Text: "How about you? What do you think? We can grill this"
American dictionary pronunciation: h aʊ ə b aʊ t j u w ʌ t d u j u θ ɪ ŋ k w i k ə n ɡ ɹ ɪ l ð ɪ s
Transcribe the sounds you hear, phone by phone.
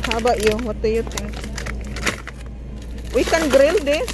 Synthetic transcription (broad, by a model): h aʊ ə b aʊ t j u w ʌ t d u j u t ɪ ŋ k w i k ə n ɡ ɹ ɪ l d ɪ